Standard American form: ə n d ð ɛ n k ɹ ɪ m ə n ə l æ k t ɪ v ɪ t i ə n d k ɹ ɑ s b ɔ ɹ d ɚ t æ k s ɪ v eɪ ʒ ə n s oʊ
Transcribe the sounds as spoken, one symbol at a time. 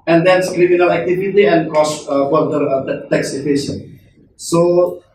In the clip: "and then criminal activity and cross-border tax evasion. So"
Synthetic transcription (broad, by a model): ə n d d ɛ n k ɹ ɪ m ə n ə l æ k t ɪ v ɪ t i ə n d k ɑ s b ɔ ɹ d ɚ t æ k s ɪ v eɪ ʃ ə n s oʊ